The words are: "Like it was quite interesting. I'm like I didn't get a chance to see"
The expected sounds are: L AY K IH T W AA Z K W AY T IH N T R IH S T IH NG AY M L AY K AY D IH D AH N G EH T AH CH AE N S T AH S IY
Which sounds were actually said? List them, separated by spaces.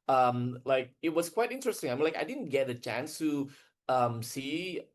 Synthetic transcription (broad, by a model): L AY K IH T W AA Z K W AY T IH N T R IH S T IH NG AY M L AY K AY D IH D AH N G EH T AH CH AE N S T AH S IY